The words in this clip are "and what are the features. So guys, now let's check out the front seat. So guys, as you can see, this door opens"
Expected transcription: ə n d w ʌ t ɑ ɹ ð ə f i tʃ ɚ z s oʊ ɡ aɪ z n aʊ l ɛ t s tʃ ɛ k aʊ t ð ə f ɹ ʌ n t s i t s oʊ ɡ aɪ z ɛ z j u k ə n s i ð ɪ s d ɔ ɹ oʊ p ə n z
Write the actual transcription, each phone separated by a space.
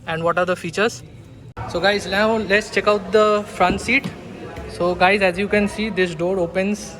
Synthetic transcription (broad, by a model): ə n d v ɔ t ɑ ɹ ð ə f i tʃ ɚ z s oʊ ɡ aɪ z l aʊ l ɛ t s tʃ ɛ k aʊ t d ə f ɹ ʌ n t s i t s oʊ ɡ aɪ z ɛ z j u k ə n s i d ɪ s d ɔ ɹ oʊ p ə n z